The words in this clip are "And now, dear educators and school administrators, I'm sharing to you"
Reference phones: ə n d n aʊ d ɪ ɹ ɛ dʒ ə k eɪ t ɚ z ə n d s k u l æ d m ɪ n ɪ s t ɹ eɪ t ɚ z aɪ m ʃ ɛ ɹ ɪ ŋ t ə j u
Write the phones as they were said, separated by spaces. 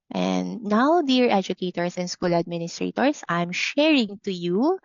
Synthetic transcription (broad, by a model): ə n d n aʊ d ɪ ɹ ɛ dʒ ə k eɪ t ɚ s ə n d s k u l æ d m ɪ n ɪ s t ɹ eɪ t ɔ s aɪ m ʃ ɛ ɹ ɪ ŋ t ə j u